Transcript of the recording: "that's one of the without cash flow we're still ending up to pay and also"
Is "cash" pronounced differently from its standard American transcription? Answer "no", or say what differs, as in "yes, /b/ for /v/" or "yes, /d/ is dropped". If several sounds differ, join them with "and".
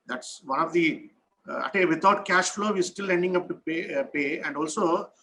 no